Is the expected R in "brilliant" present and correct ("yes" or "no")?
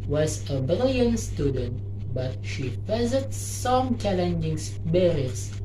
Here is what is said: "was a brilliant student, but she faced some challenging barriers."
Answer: no